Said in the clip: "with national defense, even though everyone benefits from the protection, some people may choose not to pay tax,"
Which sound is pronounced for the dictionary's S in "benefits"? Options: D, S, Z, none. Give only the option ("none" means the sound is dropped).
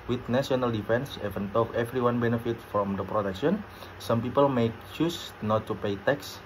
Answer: none